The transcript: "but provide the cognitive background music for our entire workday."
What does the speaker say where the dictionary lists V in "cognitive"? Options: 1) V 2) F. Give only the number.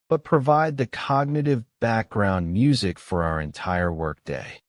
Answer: 1